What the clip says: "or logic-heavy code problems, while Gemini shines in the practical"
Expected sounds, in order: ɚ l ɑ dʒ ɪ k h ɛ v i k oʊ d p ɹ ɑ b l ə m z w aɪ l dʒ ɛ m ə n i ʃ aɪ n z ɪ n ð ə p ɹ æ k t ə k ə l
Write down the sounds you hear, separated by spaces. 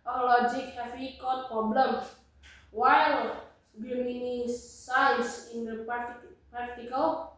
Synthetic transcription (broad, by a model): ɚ l ɑ dʒ ɪ k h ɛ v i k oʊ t p ɹ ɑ b l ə m w aɪ l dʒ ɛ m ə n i s aɪ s ɪ n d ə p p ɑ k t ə k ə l